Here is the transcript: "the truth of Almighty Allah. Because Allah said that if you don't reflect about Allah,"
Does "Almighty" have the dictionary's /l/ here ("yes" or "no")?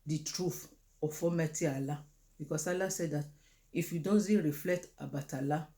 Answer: no